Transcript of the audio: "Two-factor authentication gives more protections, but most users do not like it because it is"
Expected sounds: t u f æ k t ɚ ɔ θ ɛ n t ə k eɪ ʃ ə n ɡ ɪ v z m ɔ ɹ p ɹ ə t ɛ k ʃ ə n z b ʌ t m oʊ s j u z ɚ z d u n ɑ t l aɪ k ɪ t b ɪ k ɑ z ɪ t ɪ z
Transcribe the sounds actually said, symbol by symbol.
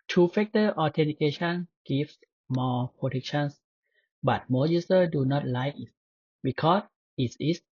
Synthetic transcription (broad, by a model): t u f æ k t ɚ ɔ t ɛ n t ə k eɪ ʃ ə n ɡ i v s m ɔ p ɹ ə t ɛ k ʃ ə n s b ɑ t m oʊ j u s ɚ d u n ɑ t l aɪ ɪ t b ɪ k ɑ s ɪ t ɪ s